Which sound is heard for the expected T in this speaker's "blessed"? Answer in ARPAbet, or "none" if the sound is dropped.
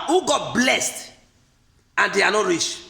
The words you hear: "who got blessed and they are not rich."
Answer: T